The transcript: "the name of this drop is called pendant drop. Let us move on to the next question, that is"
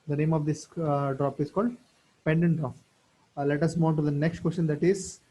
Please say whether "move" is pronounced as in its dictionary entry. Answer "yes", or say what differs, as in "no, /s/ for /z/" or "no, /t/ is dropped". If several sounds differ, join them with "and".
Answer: no, /v/ is dropped